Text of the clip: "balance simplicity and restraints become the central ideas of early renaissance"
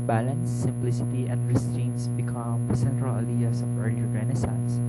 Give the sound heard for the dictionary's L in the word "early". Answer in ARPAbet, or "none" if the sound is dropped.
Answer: none